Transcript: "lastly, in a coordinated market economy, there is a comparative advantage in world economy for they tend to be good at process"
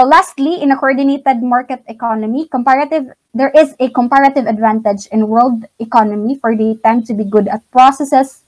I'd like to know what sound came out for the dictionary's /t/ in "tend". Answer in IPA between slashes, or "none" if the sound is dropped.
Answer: /t/